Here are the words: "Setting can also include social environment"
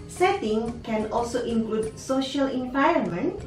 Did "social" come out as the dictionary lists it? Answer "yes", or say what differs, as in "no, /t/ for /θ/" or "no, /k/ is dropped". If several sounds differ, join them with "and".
yes